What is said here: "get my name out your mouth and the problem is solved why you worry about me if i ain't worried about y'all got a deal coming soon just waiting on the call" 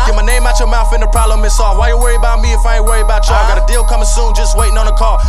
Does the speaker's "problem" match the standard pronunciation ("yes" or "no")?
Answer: no